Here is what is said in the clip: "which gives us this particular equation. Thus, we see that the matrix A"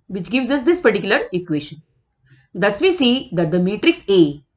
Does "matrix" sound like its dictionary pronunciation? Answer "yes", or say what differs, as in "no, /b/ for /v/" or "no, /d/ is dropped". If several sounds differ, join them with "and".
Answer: yes